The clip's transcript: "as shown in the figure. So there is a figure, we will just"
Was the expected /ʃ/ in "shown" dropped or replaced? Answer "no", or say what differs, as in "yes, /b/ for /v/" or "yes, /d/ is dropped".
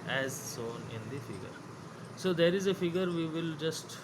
yes, /s/ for /ʃ/